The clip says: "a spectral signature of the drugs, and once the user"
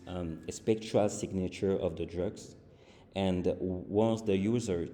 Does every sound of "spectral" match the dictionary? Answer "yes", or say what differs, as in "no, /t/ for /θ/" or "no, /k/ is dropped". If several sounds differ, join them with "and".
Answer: no, /ɹ/ is dropped